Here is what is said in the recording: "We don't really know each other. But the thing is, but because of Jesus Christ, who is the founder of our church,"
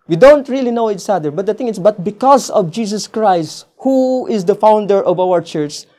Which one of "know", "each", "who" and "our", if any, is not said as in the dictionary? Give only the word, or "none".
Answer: each